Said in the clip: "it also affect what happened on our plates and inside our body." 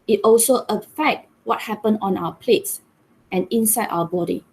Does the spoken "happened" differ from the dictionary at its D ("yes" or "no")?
yes